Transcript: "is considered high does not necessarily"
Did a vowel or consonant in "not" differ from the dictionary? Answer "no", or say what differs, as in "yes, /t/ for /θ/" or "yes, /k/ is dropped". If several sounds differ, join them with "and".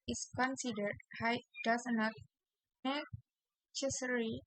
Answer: no